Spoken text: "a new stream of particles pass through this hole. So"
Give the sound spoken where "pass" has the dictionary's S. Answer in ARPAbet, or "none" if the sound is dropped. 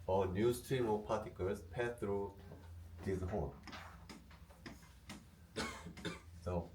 none